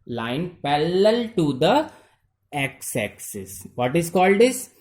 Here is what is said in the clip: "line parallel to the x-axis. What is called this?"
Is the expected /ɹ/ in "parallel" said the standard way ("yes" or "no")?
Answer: no